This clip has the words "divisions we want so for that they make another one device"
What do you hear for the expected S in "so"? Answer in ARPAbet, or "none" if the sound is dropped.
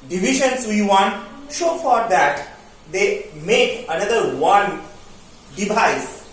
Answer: SH